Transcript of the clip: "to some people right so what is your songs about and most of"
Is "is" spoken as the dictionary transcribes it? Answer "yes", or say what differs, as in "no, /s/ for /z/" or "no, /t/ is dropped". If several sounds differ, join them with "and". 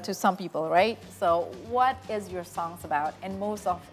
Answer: yes